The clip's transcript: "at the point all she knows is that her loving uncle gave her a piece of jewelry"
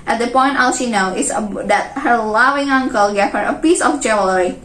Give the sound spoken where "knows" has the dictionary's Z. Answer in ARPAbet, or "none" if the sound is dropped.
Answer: none